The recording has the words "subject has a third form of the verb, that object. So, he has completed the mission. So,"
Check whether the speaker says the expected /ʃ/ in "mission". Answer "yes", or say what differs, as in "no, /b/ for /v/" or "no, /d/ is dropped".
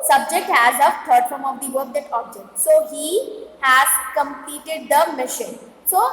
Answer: yes